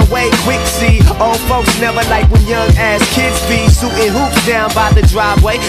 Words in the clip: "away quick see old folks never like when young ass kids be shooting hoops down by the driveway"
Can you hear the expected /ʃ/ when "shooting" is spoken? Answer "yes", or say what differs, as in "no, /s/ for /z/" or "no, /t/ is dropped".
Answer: no, /s/ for /ʃ/